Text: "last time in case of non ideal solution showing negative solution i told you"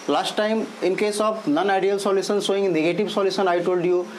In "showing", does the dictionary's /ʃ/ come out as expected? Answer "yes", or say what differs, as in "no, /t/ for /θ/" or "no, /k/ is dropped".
no, /s/ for /ʃ/